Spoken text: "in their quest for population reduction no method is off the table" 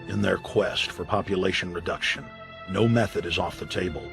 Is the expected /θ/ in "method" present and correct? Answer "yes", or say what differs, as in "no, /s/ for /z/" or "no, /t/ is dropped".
yes